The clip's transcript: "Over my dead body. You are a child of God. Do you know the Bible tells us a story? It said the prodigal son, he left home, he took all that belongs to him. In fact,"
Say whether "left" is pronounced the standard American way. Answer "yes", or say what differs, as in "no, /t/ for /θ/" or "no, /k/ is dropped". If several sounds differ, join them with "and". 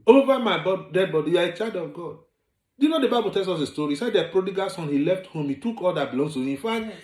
yes